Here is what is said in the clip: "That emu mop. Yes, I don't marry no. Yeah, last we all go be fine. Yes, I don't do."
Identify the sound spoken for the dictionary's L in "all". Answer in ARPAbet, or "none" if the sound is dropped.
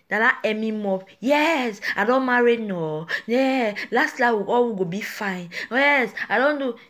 W